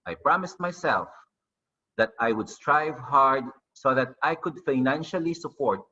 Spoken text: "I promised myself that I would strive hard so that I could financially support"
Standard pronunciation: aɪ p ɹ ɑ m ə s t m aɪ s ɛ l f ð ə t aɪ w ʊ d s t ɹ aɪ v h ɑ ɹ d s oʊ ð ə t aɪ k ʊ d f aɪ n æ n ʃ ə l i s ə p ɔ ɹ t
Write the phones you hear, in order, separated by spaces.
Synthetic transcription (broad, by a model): aɪ p ɹ ɑ m ə s t m aɪ s ɛ l f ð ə t aɪ w ʊ d s t ɹ aɪ v h ɑ ɹ d s oʊ ð ə t aɪ k ʊ d f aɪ n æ n ʃ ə l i s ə p ɔ ɹ t